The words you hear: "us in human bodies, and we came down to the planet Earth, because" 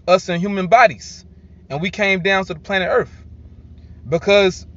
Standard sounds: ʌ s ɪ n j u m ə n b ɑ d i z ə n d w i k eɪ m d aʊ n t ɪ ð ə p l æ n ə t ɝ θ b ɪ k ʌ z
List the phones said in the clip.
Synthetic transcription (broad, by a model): ʌ s ɪ n j u m ə n b ɑ d i z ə n w i k eɪ m d aʊ n t ɪ ð ə p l æ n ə t ɝ θ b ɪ k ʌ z